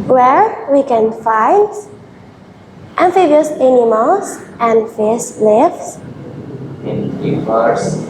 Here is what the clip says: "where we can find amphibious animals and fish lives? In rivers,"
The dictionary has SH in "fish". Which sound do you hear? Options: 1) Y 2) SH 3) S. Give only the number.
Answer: 3